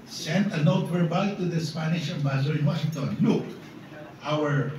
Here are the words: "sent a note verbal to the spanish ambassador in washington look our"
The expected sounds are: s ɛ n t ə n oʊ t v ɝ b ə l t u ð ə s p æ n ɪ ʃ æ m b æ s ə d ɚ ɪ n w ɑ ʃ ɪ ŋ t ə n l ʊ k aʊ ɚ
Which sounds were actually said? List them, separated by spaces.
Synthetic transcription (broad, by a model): s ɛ n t ə n oʊ t w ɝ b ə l t u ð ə s p æ n ɪ ʃ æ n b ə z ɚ ɪ n w ɑ ʃ ɪ ŋ t ə n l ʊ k aʊ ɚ